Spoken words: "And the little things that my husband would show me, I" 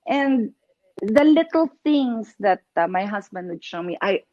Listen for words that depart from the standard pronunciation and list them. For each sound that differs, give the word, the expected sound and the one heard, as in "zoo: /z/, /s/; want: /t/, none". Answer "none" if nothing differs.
things: /z/, /s/; husband: /z/, /s/